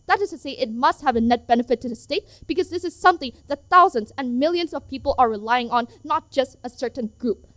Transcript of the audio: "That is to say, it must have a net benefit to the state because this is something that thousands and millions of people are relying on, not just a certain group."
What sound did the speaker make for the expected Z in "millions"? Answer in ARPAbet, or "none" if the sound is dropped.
Z